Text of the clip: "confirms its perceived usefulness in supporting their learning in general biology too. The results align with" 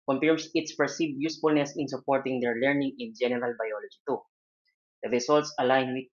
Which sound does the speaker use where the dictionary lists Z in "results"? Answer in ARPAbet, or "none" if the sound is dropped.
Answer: S